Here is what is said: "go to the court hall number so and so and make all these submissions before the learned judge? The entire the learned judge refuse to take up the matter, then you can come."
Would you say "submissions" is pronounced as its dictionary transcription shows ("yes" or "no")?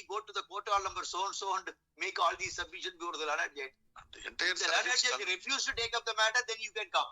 no